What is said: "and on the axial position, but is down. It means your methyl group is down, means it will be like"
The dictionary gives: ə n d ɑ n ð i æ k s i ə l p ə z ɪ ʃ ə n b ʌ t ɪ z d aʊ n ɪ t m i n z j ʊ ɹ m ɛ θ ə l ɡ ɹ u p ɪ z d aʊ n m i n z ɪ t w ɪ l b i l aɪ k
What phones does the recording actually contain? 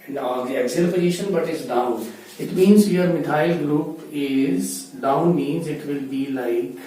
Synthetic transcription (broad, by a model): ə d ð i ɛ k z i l b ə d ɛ ʃ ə n b ʌ t ɪ z d aʊ n ɪ t m i n z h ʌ ɹ m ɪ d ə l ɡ l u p ɪ z d aʊ n m i n z ɪ t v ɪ l b i l aɪ k